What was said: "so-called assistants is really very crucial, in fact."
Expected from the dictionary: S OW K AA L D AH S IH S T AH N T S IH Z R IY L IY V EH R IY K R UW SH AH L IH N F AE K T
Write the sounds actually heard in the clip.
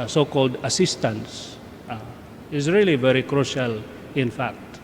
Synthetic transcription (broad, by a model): S OW K AA L D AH S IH S T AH N S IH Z R IY L IY V EH R IY K R UW SH AH L IH N F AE K T